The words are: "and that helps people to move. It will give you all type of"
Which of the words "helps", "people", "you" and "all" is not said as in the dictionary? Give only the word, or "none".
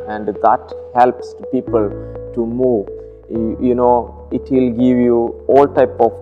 none